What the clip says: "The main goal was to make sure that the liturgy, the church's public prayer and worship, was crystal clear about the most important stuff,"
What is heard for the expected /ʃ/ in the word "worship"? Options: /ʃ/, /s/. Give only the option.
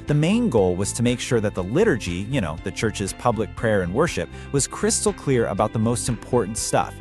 /ʃ/